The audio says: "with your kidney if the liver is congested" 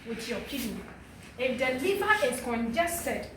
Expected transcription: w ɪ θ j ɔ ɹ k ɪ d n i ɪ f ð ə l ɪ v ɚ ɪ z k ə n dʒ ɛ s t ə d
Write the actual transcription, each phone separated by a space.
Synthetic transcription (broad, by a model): w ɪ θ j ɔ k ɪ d i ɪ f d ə l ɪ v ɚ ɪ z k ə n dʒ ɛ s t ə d